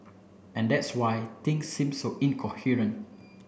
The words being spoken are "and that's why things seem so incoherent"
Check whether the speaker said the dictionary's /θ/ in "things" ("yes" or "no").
no